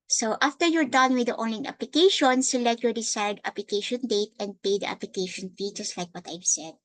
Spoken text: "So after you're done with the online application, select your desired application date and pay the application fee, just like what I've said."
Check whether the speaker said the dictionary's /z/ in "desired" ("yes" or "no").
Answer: no